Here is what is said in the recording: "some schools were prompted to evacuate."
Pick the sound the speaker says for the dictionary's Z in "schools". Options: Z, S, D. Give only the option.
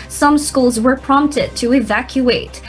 Z